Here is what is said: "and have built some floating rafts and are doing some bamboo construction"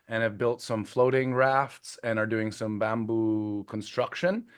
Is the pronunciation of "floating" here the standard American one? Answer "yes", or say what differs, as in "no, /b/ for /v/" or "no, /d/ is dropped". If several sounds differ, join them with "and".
yes